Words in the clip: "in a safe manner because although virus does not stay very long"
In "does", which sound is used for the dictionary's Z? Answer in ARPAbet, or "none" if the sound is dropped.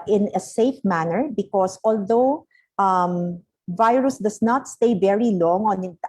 S